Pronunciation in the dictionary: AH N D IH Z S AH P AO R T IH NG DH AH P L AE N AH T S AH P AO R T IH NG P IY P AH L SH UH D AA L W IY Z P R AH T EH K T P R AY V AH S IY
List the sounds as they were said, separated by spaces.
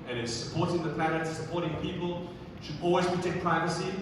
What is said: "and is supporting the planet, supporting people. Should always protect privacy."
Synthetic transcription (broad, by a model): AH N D IH Z S AH P AO R T IH NG DH AH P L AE AH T S AH P AO R T IH NG P IY P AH L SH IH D AA L W IY Z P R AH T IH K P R AY V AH S IY